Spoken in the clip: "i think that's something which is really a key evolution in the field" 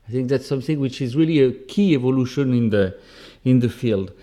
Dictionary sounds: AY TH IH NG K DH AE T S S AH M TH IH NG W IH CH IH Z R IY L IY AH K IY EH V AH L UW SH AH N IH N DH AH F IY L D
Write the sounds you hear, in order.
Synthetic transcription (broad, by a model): AY TH IH NG K DH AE T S S AH M TH IH NG W IH CH IH Z R IY L IY AH K IY EH V AH L UW SH AH N IH N DH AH F IY L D